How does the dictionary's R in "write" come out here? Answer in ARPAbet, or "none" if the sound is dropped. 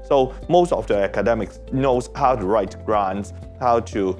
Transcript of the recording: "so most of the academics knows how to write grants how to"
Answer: R